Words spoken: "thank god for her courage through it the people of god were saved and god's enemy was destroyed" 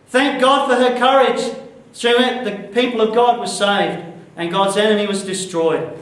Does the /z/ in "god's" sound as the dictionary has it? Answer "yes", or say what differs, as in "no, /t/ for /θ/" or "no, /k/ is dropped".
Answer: yes